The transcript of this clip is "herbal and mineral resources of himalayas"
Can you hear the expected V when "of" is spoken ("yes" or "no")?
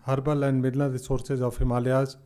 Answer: no